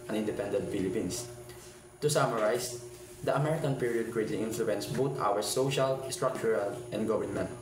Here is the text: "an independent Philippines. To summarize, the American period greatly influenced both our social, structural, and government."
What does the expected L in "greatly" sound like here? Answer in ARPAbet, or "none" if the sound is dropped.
none